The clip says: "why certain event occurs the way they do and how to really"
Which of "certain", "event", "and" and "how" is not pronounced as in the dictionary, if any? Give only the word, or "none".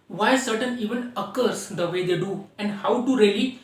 event